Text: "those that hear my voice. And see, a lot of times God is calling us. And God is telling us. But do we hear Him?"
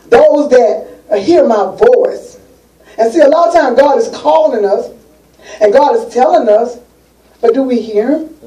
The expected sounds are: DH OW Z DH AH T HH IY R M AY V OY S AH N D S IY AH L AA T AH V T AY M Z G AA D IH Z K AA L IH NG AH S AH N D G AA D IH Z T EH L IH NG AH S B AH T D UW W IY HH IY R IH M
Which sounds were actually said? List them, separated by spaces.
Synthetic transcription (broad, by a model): DH OW Z DH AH T HH IY R M AY V OY S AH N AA S IY AH L AA T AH T AY M G AA D IH Z K AA L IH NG AH S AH N G AA D IH Z T EH L IH NG AH S B AH T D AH W IY HH IY R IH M